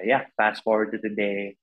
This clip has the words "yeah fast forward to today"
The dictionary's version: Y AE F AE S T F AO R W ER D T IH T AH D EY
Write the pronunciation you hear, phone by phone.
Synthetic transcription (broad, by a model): Y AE P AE S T F AO R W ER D T IH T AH D EY